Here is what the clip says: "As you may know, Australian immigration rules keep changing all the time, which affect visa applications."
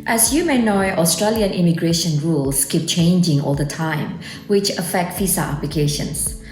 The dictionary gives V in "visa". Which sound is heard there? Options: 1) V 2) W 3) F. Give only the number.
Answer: 3